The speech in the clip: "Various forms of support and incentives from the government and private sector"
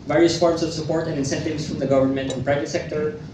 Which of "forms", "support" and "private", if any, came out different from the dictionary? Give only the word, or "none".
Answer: forms